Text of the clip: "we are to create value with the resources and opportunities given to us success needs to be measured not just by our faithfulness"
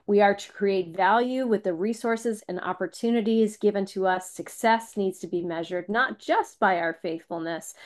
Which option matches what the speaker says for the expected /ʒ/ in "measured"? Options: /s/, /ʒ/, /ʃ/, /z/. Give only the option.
/ʒ/